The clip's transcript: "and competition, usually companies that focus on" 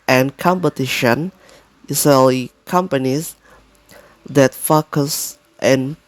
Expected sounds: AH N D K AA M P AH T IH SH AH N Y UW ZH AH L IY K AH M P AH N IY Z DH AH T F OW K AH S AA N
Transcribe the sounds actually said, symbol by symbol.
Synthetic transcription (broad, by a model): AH N K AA M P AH T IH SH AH N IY S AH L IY K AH M P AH N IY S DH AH T F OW K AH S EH N